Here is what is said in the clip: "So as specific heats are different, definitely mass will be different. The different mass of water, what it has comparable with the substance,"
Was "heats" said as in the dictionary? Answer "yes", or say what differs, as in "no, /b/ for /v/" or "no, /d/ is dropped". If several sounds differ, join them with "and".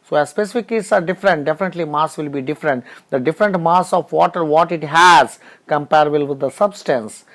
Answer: no, /s/ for /t/